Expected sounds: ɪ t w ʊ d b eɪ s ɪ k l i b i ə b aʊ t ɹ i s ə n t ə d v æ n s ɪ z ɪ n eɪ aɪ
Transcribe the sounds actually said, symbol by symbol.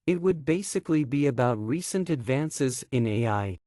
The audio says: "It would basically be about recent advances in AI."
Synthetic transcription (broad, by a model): ɪ t w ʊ d b eɪ s ɪ k l i b i ə b aʊ t ɹ i s ə n t ə d v æ n s ɪ z ɪ n eɪ aɪ